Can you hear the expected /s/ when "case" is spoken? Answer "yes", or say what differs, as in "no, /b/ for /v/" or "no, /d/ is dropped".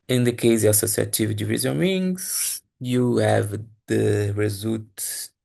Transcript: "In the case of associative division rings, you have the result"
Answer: no, /s/ is dropped